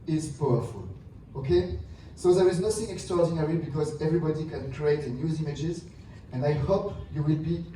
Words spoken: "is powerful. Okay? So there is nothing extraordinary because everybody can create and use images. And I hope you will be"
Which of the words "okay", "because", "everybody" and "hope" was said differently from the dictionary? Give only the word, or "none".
none